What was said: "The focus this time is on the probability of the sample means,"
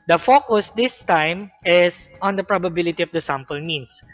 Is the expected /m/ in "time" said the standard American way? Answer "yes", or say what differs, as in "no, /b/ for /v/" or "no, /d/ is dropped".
yes